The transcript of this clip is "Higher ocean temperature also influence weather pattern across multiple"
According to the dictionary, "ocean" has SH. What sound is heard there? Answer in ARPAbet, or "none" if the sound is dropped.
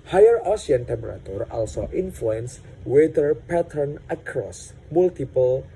S